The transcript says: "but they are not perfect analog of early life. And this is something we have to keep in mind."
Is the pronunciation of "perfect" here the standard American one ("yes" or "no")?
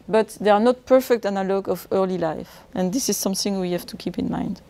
yes